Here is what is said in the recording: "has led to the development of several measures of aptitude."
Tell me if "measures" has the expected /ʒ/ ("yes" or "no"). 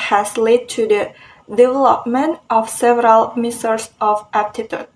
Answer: no